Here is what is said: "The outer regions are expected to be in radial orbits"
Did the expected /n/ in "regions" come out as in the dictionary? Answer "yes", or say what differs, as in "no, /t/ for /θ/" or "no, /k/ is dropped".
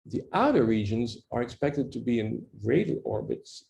yes